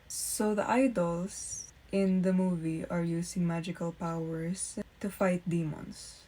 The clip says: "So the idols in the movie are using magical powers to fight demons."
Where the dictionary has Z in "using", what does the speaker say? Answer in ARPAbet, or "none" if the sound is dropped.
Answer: S